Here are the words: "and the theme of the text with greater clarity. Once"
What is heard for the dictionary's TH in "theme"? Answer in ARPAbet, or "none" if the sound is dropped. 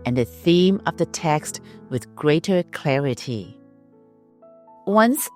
TH